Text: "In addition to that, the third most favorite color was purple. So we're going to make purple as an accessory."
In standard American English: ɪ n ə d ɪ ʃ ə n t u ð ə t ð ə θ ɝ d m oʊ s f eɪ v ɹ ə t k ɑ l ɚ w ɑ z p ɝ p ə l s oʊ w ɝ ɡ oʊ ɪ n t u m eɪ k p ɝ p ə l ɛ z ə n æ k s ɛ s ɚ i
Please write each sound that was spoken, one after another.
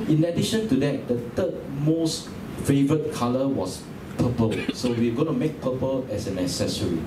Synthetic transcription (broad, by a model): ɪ n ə d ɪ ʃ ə n t u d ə t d ə t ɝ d m oʊ s f eɪ v ɹ ə t k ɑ l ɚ w ɑ s p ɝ p ə l s oʊ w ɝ ɡ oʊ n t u m eɪ k p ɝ p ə l ɛ s ə n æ s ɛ s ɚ i